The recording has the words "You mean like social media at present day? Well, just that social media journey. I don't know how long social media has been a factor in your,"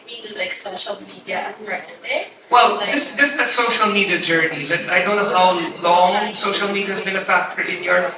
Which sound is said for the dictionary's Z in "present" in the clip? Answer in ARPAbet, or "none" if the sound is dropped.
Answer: S